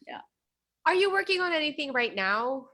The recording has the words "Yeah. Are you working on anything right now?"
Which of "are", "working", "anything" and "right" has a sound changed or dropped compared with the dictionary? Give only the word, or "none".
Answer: none